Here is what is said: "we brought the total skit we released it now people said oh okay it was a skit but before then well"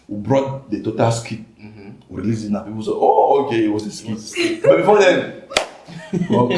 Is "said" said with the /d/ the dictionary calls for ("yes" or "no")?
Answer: no